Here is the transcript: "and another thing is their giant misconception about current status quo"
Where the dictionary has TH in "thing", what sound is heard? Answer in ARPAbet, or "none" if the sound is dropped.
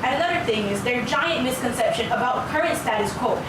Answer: TH